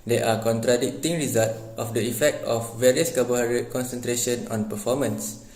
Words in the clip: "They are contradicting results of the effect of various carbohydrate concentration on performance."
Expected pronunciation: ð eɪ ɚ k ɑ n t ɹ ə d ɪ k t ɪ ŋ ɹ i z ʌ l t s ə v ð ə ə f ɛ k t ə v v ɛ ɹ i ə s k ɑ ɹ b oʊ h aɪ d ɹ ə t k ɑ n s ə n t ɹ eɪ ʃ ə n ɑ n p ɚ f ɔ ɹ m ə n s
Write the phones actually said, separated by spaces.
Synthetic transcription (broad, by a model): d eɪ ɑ k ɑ n t ɹ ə d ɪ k t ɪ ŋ ɹ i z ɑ l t ə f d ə ə f ɛ k t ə f v ɛ ɹ i ə s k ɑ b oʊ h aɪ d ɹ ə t k ɑ n s ə n t ɹ eɪ ʃ ə n ɑ n p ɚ f ɔ m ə n s